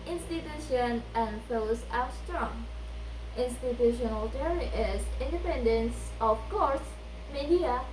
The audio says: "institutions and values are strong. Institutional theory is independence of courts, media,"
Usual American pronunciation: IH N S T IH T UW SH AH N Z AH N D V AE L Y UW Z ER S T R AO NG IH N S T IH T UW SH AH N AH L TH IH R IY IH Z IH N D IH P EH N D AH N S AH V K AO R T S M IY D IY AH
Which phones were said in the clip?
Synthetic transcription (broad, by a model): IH N S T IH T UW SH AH N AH N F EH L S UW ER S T R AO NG IH N S T IH T UW SH AH N AH L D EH R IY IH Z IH N D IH P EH N D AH N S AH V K AO R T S M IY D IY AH